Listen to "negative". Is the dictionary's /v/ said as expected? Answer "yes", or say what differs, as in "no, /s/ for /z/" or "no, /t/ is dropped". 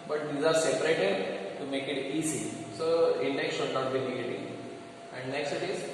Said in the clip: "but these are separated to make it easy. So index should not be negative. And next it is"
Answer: no, /v/ is dropped